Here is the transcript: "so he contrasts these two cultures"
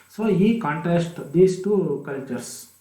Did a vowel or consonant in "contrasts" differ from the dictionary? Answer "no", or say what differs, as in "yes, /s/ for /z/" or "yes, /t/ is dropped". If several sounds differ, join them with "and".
yes, /ɹ/ is dropped